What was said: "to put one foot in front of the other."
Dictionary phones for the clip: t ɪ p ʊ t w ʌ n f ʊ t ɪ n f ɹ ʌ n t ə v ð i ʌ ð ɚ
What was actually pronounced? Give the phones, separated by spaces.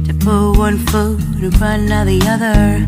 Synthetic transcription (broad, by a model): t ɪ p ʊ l w ʌ n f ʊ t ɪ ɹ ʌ n ə ð i ʌ ð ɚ